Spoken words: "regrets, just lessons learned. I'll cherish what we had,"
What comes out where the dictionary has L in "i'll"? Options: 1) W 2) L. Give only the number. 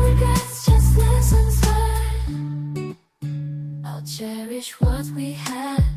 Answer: 2